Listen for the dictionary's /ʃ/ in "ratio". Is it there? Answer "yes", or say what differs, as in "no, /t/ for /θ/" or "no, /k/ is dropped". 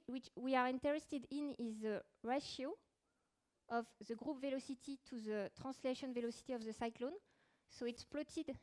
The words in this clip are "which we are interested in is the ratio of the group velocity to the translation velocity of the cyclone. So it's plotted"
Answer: yes